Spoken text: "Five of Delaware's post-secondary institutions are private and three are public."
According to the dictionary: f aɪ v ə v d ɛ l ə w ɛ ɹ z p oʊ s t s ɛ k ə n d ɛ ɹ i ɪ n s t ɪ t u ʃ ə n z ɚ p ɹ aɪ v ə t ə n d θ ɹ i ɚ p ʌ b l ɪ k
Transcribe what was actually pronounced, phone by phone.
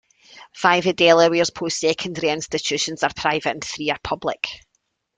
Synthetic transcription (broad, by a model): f aɪ v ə d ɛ l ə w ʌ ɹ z p oʊ s t s ɛ k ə n d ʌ ɹ i ɪ n s t ɪ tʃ u ʃ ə n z ɚ p ɹ aɪ v ə t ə n θ ɹ i ɚ p ʌ b l ɪ k